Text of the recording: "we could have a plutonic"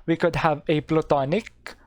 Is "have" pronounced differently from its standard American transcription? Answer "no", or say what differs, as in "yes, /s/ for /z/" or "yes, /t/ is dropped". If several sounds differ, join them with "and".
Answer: no